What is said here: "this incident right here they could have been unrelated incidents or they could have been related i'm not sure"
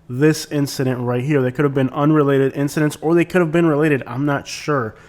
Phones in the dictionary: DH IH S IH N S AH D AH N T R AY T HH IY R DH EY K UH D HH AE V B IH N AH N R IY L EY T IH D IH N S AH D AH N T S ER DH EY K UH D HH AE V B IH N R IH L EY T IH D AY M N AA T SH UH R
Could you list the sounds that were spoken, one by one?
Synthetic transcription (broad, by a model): DH IH S IH N S AH D AH N T R AY T HH IY R DH EY K UH D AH V B IH N AH N R IY L EY T IH D IH N S AH D AH N T S ER DH EY K UH D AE V B IH N R IH L EY T IH D AY M N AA T SH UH R